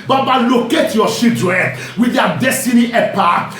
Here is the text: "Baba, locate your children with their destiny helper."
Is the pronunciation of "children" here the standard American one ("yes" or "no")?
no